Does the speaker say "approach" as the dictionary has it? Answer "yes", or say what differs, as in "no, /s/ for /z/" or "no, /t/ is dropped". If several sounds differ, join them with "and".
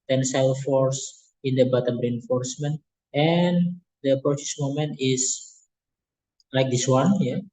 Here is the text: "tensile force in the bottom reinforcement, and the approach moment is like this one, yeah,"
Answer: no, /s/ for /tʃ/